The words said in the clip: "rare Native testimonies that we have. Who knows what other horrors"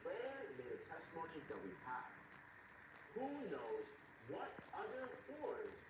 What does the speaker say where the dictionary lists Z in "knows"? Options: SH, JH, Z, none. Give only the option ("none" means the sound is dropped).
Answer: Z